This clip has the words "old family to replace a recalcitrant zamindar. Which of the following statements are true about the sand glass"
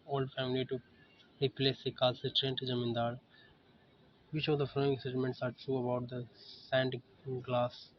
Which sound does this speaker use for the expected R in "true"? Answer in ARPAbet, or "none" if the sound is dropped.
R